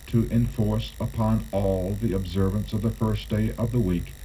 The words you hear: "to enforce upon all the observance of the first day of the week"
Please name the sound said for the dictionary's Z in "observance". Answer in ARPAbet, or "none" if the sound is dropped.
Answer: Z